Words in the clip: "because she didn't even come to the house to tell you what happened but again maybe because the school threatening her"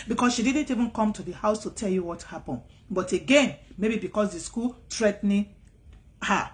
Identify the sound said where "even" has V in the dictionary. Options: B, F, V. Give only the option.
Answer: V